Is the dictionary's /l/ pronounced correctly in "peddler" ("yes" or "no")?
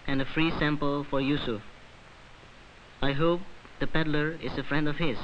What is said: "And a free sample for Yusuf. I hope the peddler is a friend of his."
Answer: yes